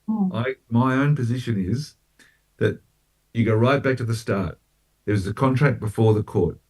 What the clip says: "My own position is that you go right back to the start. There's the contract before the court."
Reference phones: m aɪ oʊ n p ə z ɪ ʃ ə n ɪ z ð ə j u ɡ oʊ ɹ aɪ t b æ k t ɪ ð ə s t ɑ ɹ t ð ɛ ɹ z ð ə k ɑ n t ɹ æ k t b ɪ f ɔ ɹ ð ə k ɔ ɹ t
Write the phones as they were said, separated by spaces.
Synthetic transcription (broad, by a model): m aɪ oʊ n p ə z ɪ ʃ ə n ɪ z ð ə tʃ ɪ ɡ oʊ ɹ aɪ t b æ k t ɪ ð ə s t ɑ ɹ t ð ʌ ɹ z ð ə k ɑ n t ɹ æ k b ɪ f ɔ ɹ ð ə k ɔ ɹ t